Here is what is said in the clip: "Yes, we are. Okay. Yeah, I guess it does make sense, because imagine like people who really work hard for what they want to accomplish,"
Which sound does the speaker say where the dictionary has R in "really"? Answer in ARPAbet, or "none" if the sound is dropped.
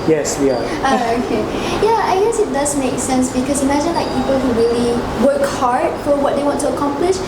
R